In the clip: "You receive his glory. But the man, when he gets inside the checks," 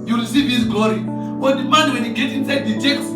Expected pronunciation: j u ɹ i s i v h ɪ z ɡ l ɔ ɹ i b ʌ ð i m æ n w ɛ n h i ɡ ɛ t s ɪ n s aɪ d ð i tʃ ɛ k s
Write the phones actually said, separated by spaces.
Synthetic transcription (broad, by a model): j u ɹ i s i v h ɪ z ɡ l ɔ ɹ i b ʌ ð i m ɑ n w ɛ n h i ɡ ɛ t ɪ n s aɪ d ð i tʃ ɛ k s